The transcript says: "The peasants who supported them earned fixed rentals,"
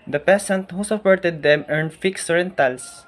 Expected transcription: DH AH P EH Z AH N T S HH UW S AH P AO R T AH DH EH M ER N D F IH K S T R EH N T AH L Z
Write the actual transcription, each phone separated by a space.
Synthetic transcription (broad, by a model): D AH P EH S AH N T HH UW S AH P AO R T AH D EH M ER N D F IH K S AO R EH N T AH L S